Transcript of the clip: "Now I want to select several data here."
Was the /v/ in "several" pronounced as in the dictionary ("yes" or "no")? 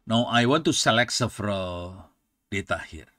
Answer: no